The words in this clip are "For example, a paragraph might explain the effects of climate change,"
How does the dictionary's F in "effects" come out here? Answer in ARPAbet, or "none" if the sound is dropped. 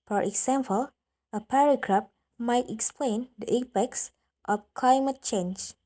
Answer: P